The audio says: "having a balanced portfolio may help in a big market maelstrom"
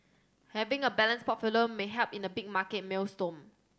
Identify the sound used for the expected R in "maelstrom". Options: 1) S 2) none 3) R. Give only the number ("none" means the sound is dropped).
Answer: 2